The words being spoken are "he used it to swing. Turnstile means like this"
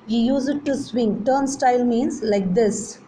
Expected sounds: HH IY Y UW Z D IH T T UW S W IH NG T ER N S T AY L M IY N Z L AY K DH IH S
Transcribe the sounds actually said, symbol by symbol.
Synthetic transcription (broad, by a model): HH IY Y UW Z IH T T UW S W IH NG T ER N S T AY L M IY N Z L AY K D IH S